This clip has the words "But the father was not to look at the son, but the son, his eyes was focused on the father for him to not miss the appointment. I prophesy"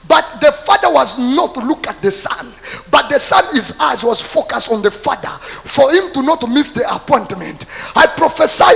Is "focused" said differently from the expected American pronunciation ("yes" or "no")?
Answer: no